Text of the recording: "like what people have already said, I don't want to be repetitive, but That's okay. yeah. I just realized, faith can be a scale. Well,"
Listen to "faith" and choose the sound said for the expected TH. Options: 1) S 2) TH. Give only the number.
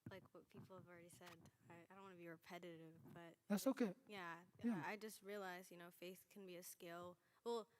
2